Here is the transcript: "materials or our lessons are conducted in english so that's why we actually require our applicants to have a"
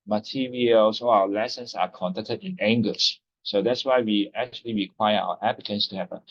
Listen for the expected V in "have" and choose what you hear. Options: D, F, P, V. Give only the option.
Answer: P